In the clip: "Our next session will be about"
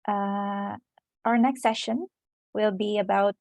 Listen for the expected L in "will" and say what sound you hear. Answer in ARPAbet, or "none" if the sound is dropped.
L